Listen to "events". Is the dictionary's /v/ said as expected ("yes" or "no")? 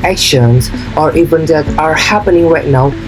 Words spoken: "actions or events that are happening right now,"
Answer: no